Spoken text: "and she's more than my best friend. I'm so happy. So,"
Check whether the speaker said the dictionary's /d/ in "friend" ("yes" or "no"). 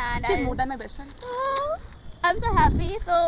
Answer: no